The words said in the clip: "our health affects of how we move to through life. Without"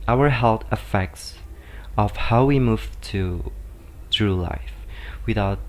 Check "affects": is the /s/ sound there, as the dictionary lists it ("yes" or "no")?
yes